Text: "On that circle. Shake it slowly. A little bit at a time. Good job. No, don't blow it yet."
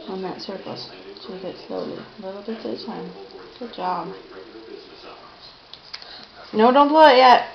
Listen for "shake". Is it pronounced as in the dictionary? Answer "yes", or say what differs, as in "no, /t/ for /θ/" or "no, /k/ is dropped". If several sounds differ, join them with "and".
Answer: no, /s/ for /ʃ/